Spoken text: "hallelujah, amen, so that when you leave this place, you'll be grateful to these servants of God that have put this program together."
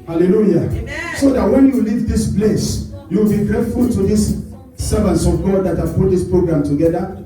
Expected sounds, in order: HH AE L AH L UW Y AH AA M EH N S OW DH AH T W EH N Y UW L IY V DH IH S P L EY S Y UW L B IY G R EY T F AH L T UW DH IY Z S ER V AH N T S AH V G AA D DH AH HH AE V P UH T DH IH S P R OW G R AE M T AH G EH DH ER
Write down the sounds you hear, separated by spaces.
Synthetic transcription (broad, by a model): HH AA L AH L UW Y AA S OW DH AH T W EH N Y UW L IY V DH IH S B L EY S Y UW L B IY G R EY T F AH L T UW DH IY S S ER V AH N T S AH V G AA D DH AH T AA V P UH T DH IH S P R OW G R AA M T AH G EH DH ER